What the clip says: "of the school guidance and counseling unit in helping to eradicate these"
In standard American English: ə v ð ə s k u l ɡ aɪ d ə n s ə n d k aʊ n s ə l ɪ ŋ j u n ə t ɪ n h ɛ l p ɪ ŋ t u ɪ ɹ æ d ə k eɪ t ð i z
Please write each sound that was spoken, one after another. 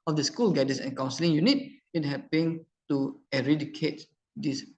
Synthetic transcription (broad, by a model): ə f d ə s k u l ɡ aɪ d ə s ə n k aʊ n s ə l ɪ ŋ j u n ə t ɪ n h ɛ p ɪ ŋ t u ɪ ɹ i d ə k eɪ t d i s